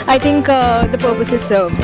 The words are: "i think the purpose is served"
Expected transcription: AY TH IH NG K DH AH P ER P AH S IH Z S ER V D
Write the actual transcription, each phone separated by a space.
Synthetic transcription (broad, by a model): AY T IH NG K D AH P ER P AH S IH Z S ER